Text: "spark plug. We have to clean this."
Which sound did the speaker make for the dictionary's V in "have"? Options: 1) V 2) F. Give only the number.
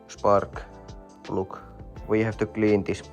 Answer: 2